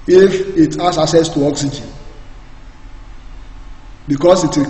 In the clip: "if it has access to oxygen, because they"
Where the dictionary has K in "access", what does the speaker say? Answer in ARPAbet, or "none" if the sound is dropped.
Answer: none